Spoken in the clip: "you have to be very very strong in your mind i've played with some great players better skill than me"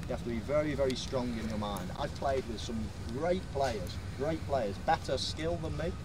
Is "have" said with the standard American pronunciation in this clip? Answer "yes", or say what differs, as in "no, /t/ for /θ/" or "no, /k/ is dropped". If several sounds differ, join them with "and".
no, /f/ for /v/